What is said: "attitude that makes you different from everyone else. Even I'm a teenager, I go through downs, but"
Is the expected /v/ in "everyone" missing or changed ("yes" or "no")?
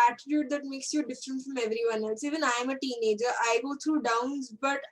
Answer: no